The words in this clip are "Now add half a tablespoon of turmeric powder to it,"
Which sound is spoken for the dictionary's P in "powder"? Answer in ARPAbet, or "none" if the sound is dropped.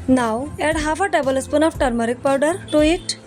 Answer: P